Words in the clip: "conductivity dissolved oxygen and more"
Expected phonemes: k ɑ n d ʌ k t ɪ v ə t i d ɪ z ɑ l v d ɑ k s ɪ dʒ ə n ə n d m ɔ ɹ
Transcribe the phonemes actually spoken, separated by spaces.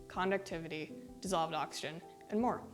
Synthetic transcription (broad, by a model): k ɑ n d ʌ k t ɪ v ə t i d ɪ z ɑ l v d ɑ k s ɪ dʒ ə n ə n m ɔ ɹ